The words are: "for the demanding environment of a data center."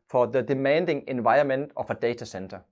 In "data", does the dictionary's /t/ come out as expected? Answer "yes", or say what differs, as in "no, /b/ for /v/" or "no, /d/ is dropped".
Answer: no, /s/ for /t/